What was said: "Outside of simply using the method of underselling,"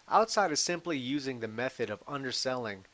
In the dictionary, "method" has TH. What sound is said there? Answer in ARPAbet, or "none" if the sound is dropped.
TH